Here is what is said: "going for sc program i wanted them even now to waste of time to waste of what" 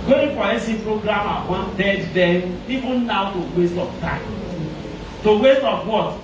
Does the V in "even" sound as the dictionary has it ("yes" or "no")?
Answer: no